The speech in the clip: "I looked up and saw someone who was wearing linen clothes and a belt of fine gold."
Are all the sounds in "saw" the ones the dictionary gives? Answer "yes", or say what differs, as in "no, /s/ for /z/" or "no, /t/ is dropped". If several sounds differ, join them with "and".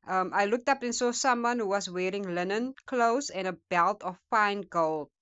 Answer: yes